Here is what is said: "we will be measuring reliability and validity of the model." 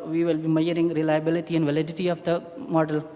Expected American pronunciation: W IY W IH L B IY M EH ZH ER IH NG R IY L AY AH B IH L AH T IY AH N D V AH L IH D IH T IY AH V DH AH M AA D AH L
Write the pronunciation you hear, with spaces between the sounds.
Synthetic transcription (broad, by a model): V IY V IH L B IY M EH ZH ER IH NG R IY L AY AH B IH L AH T IY AH N D V AH L IH D IH T IY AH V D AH M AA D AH L